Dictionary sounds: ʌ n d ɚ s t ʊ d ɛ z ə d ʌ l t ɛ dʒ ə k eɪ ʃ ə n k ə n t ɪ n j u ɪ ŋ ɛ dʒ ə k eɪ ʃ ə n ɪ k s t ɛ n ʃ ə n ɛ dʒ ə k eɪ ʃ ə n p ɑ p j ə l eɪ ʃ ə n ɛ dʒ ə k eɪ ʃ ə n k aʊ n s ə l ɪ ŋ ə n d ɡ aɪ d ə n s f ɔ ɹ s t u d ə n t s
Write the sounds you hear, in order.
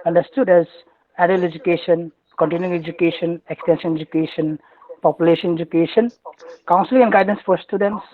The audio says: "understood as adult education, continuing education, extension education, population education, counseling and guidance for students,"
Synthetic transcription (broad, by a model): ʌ n d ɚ s t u d ɛ z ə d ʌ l ɛ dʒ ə k eɪ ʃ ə n k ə n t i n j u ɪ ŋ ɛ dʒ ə k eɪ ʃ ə n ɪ k s t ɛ n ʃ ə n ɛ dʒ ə k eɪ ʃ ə n p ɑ p j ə l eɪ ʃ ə n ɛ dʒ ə k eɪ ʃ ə n k aʊ n s ə l ɪ ŋ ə n ɡ aɪ d ə n s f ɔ ɹ s t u d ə n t s